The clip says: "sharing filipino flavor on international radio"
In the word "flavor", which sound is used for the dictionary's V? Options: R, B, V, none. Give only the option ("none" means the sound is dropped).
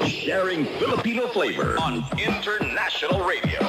V